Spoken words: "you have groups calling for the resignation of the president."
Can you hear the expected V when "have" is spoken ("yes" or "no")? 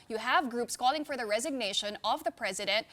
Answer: yes